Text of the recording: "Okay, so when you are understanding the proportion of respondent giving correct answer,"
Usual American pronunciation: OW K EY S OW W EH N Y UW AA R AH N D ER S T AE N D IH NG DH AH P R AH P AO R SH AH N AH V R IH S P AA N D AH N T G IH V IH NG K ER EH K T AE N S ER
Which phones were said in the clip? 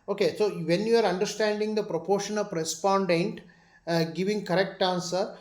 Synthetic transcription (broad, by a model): OW K EY S OW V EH N Y UW AA R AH N D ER S T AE N D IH NG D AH P R AH P AO R SH AH N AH P R IH S P AA N D AH N T G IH V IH NG K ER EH K T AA N S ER